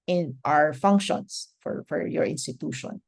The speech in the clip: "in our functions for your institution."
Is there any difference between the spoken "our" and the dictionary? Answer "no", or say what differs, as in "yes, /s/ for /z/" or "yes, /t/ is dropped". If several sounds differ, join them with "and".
no